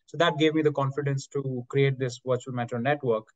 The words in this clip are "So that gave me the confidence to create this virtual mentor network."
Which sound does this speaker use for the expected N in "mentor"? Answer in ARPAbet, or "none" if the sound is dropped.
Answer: none